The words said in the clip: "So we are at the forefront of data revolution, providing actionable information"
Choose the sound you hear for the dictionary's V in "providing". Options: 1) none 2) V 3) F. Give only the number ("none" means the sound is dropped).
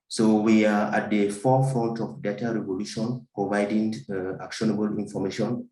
2